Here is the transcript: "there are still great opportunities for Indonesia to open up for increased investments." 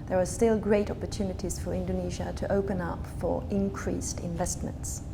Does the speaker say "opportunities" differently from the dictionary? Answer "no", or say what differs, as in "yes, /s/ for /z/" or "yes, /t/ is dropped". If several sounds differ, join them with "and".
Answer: no